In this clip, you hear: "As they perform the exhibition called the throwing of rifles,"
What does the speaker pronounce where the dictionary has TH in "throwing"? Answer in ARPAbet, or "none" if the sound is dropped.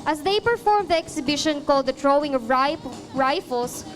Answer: T